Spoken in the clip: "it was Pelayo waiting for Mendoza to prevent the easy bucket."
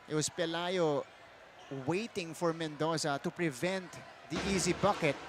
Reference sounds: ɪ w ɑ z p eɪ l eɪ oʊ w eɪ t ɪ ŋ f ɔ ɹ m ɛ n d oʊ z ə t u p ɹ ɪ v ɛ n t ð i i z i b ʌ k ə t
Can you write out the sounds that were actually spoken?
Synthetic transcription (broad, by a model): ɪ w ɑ s p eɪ l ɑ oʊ w eɪ t ɪ ŋ f ɔ ɹ m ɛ n d oʊ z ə t u p ɹ ɪ v ɛ n t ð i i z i b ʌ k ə t